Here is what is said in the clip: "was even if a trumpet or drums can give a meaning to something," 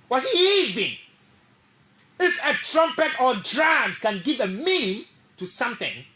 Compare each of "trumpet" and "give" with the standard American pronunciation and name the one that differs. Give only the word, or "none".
none